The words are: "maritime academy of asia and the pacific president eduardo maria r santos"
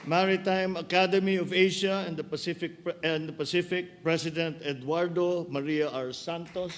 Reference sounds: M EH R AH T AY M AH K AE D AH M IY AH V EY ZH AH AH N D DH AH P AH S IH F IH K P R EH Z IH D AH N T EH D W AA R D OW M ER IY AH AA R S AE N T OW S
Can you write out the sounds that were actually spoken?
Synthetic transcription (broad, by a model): M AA R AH T AY M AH K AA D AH M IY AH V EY SH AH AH N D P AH P AH S IH F IH K P R EH S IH D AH N T EH D W AA R D OW M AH IY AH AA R S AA N T OW S